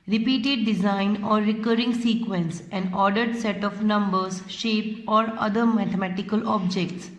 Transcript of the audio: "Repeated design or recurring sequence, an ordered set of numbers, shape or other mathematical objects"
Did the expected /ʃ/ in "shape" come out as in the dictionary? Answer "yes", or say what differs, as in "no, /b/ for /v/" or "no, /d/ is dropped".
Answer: yes